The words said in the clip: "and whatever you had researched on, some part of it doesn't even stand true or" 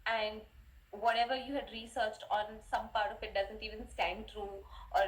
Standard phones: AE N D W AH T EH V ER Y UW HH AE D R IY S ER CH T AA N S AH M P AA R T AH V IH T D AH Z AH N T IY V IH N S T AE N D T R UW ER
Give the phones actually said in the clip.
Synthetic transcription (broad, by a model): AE N D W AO T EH V ER Y UW HH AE D R IY S ER CH T AA N S AH M P AA R T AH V IH T D AH Z AH N T IY V IH N S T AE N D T R UW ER